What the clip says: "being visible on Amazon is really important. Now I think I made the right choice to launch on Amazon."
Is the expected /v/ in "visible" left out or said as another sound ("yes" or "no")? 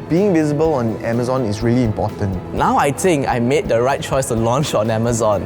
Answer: no